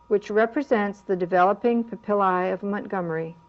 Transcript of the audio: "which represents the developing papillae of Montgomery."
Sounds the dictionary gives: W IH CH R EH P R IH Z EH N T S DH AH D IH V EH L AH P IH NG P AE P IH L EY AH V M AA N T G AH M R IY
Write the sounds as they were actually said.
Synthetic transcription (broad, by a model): W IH CH R EH P R IH Z EH N T S DH AH D IH V EH L AH P IH NG P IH P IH L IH AH V M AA N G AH M R IY